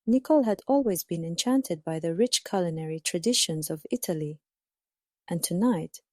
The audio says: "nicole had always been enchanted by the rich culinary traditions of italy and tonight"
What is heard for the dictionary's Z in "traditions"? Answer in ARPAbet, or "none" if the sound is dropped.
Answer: Z